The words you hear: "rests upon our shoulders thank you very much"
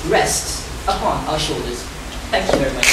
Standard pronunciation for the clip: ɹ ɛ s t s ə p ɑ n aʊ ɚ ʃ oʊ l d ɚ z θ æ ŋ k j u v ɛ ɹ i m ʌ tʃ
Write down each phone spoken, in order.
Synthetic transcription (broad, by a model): ɹ ɛ s t s ə p ɑ n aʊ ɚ ʃ oʊ l d ɚ z θ æ ŋ k j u v ɛ ɹ i m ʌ tʃ